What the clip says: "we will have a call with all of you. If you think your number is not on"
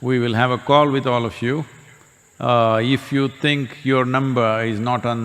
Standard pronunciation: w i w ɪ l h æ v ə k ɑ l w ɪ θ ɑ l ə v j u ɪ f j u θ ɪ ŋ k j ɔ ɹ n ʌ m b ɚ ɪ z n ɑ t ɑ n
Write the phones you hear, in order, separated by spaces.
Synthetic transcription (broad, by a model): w i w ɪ l h æ v ə k ɑ l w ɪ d ɑ l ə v j u ɪ f j u t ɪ ŋ k j ɔ ɹ n ʌ m b ɚ ɪ z n ɑ t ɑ n